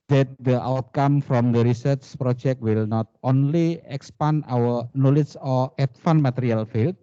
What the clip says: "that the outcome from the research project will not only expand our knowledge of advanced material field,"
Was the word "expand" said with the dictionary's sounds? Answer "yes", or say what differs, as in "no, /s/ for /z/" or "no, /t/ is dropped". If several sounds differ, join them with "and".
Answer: no, /d/ is dropped